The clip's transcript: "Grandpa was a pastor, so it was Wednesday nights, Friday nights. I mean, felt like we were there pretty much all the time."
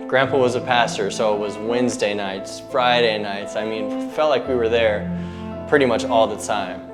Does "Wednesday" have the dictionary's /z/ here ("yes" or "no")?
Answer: yes